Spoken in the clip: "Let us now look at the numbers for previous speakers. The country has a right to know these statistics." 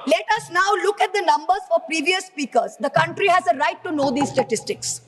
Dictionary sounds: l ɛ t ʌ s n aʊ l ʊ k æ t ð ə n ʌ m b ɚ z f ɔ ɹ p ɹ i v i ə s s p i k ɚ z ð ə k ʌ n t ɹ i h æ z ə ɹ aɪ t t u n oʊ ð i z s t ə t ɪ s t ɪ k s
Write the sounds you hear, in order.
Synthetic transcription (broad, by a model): l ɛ t ʌ s n aʊ l ʊ k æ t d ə n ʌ m b ɚ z f ɔ ɹ p ɹ i v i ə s s p i k ɚ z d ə k ʌ n t ɹ i h æ z ə ɹ aɪ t t u n oʊ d i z s t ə t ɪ s t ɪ k s